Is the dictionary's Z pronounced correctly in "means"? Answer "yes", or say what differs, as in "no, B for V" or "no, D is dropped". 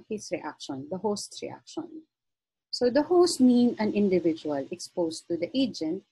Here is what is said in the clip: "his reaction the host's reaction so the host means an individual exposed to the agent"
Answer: no, Z is dropped